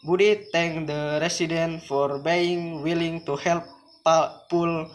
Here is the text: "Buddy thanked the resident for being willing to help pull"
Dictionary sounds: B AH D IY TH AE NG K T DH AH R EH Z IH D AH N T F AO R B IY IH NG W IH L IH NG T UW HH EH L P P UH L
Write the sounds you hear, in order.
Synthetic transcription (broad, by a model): B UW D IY T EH NG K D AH R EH S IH D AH N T F AO R B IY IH NG W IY L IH NG T UW HH EH L P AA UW L